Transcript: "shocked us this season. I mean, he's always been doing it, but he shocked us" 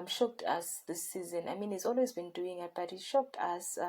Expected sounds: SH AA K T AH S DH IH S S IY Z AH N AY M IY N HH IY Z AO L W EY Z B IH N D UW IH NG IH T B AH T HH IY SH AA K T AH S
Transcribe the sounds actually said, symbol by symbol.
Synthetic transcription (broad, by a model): SH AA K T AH S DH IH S S IY Z AH N AY M IY N HH IY Z AO L W EY Z B IH N D UW IH NG IH T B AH T HH IY SH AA K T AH S